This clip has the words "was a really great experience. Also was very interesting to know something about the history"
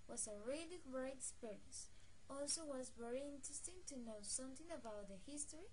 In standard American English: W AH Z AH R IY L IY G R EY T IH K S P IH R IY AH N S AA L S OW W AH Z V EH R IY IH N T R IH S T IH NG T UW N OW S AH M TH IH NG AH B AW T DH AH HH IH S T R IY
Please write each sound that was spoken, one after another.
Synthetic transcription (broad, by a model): W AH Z AH R IY L IY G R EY IH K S P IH R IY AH N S AA L S OW W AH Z V EH R IY IH N T R IH S T IH NG T UW N OW S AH M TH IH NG AH B AW T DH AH HH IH S T R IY